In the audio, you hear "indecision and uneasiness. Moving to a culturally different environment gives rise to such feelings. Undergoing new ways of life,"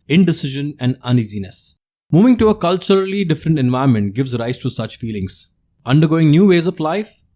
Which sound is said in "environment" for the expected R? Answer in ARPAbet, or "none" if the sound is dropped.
none